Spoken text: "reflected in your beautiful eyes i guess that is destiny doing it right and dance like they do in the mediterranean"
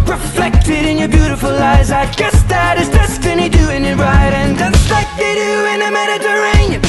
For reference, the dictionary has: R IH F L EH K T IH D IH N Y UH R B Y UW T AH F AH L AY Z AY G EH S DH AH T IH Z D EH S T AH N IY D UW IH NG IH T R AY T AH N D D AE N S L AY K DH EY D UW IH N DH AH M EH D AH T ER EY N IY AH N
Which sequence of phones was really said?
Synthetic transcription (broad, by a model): R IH F L EH K T IH D IH N Y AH R B Y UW T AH F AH L AY Z AY G EH S DH AH T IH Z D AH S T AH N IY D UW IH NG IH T R AY T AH N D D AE S L AY K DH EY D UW IH N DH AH M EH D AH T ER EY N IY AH